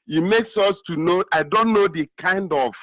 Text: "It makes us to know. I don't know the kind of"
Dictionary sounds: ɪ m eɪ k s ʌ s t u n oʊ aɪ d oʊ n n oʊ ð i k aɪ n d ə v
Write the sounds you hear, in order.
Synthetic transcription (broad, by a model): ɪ m eɪ k s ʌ s t u n oʊ aɪ d oʊ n n oʊ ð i k aɪ n d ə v